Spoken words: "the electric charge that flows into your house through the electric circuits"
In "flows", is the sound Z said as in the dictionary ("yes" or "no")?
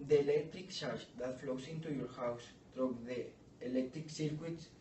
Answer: no